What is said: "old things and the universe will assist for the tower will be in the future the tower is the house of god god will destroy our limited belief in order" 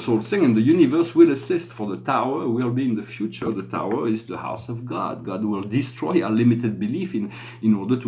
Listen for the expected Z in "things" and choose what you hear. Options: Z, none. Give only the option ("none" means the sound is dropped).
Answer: none